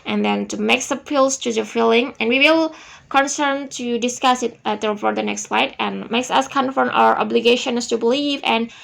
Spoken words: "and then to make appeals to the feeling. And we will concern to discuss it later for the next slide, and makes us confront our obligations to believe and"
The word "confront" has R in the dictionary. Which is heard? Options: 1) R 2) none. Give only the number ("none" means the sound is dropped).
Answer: 2